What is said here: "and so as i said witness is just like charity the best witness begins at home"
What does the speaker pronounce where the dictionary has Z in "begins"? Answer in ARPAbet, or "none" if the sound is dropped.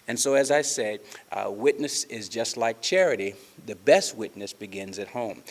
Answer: Z